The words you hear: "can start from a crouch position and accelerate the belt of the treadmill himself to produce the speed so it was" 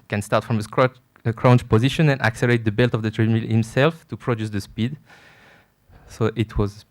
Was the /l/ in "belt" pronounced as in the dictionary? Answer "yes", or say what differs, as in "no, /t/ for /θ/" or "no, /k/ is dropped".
yes